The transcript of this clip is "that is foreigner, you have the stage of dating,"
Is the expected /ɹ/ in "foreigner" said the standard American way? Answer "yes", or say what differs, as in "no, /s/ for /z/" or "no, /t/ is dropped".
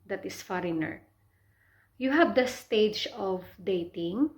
yes